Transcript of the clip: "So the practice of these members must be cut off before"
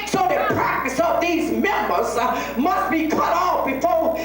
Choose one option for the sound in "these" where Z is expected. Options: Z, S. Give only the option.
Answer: Z